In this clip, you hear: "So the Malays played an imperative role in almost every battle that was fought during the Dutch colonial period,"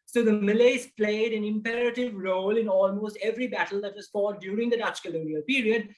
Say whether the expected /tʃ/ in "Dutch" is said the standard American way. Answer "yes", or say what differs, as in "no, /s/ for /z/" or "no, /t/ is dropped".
yes